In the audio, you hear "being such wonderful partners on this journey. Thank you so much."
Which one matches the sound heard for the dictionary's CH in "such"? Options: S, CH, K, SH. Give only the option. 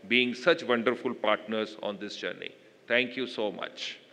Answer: CH